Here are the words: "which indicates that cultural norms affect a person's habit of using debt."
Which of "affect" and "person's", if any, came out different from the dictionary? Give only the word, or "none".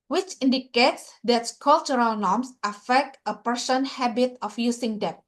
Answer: person's